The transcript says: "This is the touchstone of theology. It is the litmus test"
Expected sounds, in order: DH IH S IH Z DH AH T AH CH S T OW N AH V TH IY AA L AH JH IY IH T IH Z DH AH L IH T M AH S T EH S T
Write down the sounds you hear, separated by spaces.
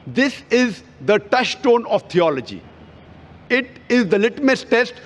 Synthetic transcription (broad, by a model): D IH S IH Z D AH T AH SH T OW N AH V T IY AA L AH JH IY IH T IH Z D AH L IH T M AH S T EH S T